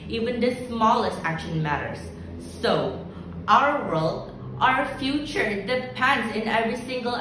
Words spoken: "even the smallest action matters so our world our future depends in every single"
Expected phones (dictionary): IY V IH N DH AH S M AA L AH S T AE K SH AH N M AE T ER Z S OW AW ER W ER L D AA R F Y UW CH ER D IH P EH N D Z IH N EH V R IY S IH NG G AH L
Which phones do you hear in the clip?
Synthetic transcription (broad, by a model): IY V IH N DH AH S M AA L AH S T AE K SH AH N M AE T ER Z S OW AW ER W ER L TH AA R F Y UW CH ER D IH P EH N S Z IH N EH V R IY S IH NG G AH L